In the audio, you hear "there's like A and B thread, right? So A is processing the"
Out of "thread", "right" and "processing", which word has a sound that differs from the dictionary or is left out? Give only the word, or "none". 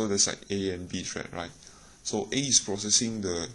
thread